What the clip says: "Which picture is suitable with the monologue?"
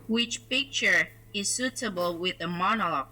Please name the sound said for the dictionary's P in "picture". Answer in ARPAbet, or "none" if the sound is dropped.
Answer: P